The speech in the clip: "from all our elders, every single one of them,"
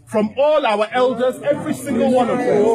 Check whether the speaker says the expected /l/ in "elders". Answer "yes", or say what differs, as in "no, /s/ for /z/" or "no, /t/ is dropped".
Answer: yes